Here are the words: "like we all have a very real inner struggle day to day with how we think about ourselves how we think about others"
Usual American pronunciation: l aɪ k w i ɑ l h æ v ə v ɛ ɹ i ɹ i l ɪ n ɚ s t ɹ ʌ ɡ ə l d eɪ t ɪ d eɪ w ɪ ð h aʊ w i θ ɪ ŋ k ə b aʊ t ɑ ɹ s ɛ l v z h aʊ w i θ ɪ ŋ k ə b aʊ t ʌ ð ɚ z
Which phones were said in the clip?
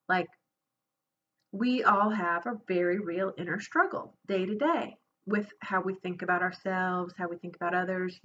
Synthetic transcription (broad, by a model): l aɪ k w i ɑ l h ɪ v ə v ɛ ɹ i ɹ i l ɪ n ɚ s t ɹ ʌ ɡ l d eɪ t ɪ d eɪ w ɪ ð h aʊ w i θ ɪ ŋ k ə b aʊ t ɑ ɹ s ɛ l v z h aʊ w i θ ɪ ŋ k ə b aʊ t ʌ ð ɚ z